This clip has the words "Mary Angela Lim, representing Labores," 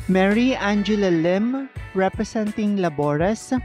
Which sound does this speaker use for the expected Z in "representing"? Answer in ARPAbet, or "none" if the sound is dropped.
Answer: S